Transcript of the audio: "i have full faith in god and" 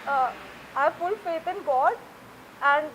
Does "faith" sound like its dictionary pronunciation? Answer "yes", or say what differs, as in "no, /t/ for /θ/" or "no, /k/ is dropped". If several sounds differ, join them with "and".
no, /t/ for /θ/